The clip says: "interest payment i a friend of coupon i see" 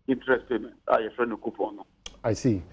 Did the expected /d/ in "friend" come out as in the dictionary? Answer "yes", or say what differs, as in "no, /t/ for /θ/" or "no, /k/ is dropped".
no, /d/ is dropped